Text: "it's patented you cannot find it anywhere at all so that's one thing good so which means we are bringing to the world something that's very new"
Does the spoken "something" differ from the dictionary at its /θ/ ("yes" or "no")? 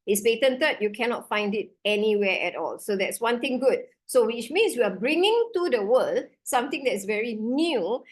yes